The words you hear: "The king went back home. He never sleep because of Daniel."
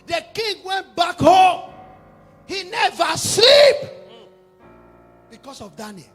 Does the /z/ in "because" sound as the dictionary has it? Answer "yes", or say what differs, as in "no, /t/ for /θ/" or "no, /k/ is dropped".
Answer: no, /s/ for /z/